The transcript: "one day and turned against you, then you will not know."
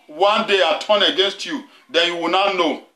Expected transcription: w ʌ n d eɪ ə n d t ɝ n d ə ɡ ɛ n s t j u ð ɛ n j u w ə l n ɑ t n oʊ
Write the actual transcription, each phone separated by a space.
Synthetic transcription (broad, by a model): w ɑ n d eɪ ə t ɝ n ə ɡ ɛ n s t j u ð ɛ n j u w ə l n ɑ t n oʊ